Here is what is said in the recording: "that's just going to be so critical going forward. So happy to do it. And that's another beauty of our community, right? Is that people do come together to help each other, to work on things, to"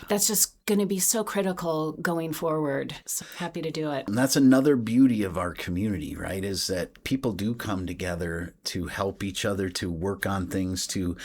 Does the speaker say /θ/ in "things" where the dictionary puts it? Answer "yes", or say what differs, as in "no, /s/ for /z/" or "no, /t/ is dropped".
yes